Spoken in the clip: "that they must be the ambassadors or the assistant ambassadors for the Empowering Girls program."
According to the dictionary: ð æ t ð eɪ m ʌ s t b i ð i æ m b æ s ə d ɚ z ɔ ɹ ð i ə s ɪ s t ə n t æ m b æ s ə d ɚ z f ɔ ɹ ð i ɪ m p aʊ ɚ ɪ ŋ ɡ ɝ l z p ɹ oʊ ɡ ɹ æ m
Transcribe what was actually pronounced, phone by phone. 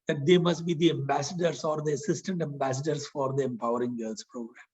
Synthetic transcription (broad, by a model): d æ t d eɪ m ʌ s t b i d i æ m b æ s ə d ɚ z ɔ ɹ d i ə s ɪ s t ə n t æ m b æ s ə d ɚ s f ɔ ɹ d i ɪ m p aʊ ɚ ɪ ŋ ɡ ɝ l s p ɹ oʊ ɡ ɹ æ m